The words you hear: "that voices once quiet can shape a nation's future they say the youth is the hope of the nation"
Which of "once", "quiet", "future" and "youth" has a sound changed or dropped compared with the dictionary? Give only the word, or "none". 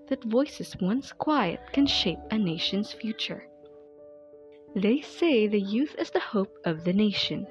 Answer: none